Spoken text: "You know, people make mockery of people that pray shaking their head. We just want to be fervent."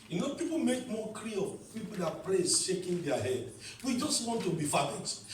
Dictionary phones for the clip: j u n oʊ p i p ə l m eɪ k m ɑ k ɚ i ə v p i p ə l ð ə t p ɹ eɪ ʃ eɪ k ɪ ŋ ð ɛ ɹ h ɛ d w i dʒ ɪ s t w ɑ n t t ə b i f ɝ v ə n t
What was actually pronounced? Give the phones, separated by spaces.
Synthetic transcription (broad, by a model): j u n oʊ p i p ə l m eɪ k m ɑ k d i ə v p i p ə l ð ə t p l eɪ ʃ eɪ k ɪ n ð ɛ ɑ h ɛ d w i dʒ ɪ s t w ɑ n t t ə b i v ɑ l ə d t